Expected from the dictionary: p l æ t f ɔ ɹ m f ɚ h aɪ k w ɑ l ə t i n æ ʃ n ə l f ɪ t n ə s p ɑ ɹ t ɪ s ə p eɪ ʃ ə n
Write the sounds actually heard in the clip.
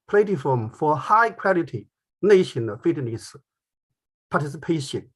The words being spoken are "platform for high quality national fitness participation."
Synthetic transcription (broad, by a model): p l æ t f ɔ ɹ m f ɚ h aɪ k w ɑ l ə t i n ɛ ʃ ə n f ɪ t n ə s p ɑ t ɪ s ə p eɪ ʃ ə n